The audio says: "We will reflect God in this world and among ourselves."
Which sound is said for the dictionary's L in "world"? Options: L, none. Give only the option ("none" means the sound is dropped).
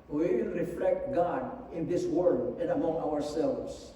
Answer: none